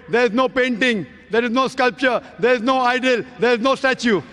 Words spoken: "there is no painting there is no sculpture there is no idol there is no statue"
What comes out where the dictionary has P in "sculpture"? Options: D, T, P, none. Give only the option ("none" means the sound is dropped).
P